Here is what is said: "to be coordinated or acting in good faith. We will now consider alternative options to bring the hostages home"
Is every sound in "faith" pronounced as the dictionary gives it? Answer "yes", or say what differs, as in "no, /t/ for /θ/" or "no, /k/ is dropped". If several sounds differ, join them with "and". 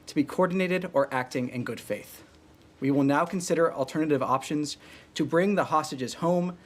yes